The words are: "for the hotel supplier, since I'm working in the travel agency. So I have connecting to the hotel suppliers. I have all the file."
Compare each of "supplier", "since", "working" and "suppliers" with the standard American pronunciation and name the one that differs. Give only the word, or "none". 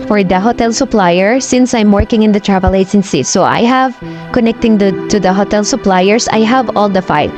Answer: suppliers